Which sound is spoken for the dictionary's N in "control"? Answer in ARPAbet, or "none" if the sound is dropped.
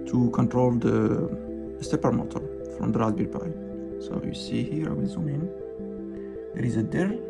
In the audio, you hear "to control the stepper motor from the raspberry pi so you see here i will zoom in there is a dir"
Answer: N